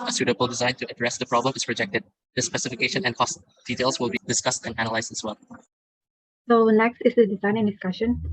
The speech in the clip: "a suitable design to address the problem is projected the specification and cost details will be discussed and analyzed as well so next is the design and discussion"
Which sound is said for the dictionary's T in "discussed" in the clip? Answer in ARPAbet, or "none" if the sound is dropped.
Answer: T